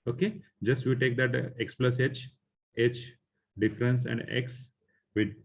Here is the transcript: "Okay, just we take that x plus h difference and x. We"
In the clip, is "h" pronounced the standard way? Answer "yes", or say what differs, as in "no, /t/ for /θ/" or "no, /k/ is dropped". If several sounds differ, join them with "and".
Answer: yes